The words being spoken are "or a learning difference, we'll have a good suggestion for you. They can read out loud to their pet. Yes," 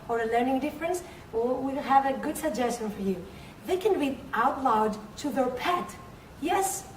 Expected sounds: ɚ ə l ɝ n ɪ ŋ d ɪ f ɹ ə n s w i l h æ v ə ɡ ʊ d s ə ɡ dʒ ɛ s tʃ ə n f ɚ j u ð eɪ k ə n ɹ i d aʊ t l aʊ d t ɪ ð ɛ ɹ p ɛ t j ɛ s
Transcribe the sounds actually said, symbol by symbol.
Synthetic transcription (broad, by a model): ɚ ə l ɝ n ɪ ŋ d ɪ f ɹ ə n s w i l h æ v ə ɡ ʊ d s ə ɡ dʒ ɛ s tʃ ə n f ɚ j u ð eɪ k ə n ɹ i aʊ t l aʊ d t ɪ ð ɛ ɹ p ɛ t j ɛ s